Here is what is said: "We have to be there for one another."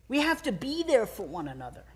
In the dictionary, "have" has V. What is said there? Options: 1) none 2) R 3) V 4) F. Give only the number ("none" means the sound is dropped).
4